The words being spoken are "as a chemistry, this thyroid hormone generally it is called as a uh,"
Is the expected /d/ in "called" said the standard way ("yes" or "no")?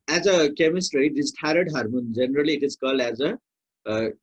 no